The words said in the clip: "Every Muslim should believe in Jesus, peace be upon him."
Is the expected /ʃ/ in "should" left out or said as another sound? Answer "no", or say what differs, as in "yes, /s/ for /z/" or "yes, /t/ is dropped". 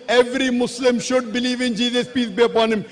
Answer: no